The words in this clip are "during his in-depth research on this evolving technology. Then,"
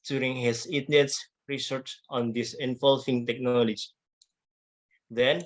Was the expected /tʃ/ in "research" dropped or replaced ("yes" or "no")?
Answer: yes